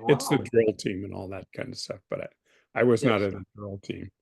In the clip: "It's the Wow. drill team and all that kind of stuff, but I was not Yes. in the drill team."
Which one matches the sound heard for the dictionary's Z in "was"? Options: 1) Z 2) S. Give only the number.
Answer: 1